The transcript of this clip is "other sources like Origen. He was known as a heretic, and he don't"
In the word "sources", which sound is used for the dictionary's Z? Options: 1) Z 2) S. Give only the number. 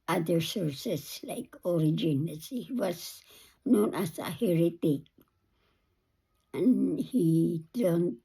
2